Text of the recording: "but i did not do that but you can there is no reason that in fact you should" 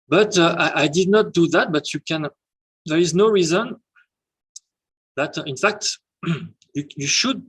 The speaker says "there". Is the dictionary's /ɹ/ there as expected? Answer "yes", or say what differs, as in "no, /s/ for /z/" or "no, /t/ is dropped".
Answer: yes